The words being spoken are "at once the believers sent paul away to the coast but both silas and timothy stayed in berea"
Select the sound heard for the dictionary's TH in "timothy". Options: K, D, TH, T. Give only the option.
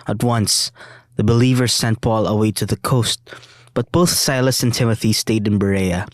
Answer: TH